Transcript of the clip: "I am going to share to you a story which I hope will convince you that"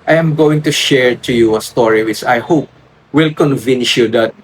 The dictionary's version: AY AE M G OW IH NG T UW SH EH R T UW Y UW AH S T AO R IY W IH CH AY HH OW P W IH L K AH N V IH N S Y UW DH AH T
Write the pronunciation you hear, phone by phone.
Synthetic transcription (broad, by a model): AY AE M G OW IH NG T UW SH EH R T UW Y UW AH S T AO R IY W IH S AY HH OW P W IH L K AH N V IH N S Y UW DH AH T